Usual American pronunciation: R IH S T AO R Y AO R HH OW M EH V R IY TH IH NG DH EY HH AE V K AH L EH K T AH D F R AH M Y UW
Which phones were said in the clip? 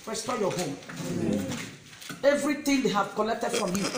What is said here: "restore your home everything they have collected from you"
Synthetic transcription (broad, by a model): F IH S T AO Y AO HH OW M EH V R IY T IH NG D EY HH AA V K AH L EH K T AH D F R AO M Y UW